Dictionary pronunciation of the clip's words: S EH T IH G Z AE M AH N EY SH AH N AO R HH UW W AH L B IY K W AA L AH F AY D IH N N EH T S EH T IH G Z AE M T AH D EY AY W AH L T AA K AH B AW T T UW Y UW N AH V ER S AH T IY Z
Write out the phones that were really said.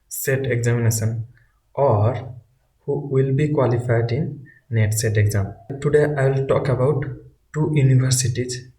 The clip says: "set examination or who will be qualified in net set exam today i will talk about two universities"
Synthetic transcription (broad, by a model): S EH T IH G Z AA M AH N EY S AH N AO R HH UW W AH L B IY K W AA L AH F AY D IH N N EH T S EH T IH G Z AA M T AH D EY AY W L T AA K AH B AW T T UW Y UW N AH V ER S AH T IY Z